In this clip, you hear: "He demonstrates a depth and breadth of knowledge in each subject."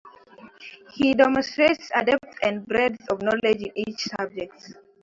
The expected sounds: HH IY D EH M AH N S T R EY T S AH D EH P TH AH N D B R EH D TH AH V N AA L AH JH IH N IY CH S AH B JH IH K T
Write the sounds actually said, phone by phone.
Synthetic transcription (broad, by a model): HH IY D EH M AH N S T R EY T S AH D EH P T AH N D B R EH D S AH V N AA L AH JH IH N IY CH S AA B JH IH K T